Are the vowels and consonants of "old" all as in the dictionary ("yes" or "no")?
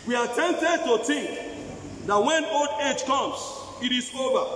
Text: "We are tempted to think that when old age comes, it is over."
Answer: yes